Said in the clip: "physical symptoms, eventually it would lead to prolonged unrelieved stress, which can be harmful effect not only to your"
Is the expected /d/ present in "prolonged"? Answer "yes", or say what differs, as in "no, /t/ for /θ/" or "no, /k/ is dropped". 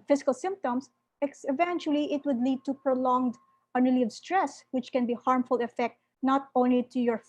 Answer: yes